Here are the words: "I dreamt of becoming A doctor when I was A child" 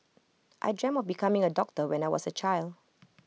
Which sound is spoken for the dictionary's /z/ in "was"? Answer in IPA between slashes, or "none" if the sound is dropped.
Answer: /s/